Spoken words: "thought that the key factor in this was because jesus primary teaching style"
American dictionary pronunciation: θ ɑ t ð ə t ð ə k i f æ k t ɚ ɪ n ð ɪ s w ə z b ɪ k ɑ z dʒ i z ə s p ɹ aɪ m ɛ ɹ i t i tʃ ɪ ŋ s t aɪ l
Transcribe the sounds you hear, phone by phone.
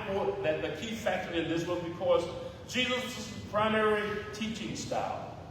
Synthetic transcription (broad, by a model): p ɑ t ð ə t ð ə k i f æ k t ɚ ɪ n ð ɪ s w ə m b ɪ k ɑ z dʒ i z ə s p ɹ aɪ m ɛ ɹ i t i tʃ ɪ ŋ s t aɪ l